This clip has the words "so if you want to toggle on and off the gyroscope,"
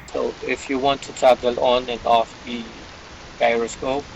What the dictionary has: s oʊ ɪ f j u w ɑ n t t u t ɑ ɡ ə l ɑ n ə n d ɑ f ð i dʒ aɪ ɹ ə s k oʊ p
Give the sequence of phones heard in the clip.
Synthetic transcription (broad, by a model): s oʊ ɪ f j u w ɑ n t t u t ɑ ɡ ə l ɑ n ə n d ɑ f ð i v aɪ ɹ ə s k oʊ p